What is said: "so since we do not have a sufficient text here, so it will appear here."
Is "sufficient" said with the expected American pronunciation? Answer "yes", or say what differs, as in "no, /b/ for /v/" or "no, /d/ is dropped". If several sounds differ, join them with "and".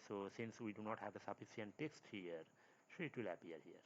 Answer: no, /s/ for /ʃ/